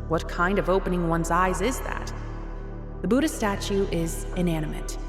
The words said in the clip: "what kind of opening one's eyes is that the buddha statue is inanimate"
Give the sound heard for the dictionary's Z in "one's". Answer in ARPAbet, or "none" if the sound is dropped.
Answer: Z